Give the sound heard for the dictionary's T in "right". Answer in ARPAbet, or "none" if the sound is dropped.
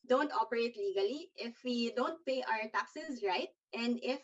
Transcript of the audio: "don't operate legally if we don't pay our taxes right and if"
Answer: T